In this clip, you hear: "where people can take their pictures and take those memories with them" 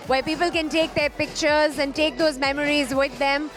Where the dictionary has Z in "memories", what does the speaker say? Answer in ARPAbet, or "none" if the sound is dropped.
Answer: Z